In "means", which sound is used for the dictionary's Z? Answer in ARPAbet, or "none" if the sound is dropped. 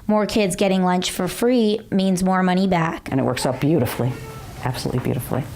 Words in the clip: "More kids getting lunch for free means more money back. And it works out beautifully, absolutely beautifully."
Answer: Z